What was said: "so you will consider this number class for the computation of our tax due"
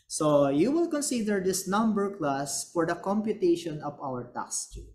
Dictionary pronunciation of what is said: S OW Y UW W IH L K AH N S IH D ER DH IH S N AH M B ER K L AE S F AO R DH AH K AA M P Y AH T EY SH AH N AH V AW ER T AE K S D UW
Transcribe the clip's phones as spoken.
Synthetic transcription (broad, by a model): S OW Y UW W IH L K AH N S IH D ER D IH S N AH M B ER K L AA S F AO R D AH K AA M P Y AH T EY SH AH N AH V AW ER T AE S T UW